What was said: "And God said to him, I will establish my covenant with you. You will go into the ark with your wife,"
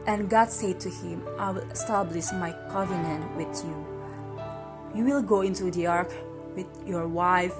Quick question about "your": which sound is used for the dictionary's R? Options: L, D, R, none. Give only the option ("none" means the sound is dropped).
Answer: R